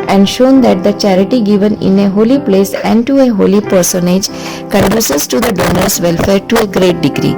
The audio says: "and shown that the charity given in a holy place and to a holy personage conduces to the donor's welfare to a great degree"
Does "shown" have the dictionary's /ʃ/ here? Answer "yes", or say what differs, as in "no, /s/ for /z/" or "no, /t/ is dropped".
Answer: yes